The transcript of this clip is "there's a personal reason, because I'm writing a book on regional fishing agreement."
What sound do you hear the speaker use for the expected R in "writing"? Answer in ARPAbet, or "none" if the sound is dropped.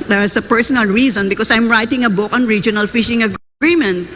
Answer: R